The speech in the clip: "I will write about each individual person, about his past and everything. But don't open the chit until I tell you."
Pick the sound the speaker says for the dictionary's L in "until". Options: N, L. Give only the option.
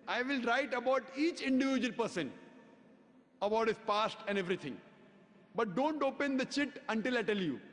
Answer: L